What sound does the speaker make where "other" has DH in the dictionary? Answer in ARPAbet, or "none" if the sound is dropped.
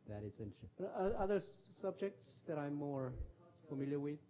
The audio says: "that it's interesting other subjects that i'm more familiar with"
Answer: DH